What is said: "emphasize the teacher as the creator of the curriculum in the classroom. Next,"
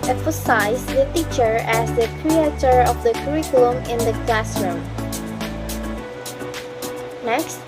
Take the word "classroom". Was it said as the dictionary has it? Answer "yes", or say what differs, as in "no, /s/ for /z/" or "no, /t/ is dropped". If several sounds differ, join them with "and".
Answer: yes